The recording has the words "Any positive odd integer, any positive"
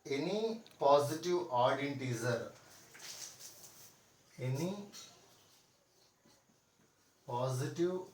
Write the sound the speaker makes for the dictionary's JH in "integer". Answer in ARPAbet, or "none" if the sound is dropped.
Z